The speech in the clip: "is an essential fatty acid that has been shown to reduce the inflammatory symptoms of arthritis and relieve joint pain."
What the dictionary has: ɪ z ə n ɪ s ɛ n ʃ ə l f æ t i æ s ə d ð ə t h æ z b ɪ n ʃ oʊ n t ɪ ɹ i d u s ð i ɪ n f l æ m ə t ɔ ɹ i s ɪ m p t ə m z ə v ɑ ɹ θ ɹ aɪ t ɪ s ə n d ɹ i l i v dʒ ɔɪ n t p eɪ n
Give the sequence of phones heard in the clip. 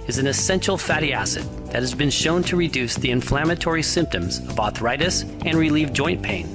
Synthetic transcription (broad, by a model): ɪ z ə n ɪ s ɛ n ʃ l f æ t i æ s ə d ð ə t h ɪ z b ɪ n ʃ oʊ n t ɪ ɹ i d u s ð i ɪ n f l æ m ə t ɔ ɹ i s ɪ m p t ə m z ə v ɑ θ ɹ aɪ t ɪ s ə n ɹ i l i v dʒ ɔɪ n p eɪ n